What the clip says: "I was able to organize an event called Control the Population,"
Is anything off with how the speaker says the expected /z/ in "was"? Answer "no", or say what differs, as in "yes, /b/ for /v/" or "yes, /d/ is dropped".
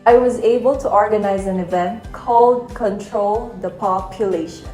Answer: no